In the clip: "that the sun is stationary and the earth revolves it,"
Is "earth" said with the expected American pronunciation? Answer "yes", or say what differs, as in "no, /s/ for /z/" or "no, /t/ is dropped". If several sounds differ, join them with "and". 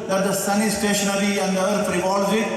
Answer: no, /f/ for /θ/